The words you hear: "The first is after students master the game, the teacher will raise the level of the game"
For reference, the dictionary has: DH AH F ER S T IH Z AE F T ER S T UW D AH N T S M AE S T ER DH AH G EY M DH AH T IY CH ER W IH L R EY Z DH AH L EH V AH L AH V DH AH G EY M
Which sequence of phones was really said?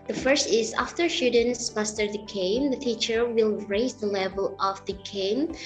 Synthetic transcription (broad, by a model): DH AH F ER S T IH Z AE F T ER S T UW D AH N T S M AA S T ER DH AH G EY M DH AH T IY CH ER W IH L R EY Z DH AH L EH V AH L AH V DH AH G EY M